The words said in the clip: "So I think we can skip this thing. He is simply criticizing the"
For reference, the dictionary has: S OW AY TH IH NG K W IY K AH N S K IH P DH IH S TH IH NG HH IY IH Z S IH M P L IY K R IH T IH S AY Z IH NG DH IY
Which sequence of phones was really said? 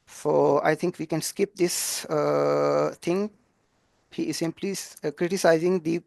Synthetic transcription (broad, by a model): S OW AY T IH NG K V IY K AH N S K IH P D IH S T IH NG HH IY IH Z S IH M P L IY K R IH T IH S AY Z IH NG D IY